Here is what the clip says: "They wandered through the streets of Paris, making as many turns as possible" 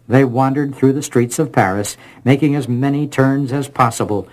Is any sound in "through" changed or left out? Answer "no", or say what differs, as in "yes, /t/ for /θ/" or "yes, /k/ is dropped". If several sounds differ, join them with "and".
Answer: no